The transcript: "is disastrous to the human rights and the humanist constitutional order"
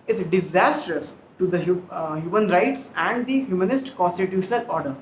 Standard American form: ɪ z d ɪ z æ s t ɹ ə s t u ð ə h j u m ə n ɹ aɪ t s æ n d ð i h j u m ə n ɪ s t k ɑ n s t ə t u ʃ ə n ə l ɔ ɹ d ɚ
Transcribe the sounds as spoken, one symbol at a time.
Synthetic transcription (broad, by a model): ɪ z d ɪ z æ s t ɹ ə s t u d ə h j u m ə n ɹ aɪ t s æ n d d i h j u m ə n ɪ s t k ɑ n s t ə t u ʃ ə n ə l ɔ ɹ d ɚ